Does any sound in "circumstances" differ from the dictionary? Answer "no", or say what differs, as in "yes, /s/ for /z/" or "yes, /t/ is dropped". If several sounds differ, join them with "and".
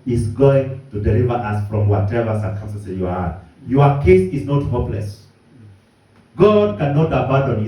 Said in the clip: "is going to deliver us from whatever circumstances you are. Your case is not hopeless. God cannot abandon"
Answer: yes, /z/ is dropped